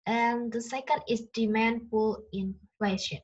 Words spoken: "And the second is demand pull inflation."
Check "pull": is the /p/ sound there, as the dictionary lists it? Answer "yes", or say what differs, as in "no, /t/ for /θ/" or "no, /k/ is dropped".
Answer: no, /f/ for /p/